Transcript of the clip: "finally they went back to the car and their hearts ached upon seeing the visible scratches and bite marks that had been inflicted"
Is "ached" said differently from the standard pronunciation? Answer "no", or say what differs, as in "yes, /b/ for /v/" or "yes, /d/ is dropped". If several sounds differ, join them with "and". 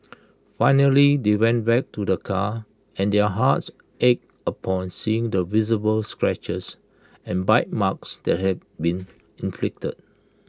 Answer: yes, /t/ is dropped